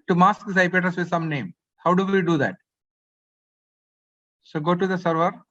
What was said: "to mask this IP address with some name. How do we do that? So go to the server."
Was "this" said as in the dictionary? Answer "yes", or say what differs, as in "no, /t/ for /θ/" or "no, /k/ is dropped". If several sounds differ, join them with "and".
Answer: no, /s/ is dropped